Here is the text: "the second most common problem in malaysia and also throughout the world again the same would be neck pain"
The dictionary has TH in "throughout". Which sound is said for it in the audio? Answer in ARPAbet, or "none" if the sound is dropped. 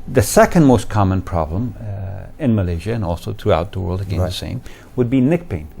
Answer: TH